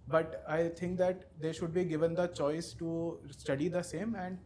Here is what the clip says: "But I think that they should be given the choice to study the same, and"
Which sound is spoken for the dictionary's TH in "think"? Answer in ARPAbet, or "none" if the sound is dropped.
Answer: T